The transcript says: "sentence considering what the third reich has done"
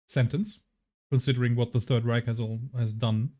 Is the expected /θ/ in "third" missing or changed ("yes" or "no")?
no